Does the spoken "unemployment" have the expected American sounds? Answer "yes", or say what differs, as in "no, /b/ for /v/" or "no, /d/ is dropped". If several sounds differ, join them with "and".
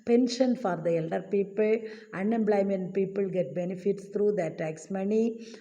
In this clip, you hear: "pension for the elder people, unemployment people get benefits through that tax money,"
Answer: no, /b/ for /p/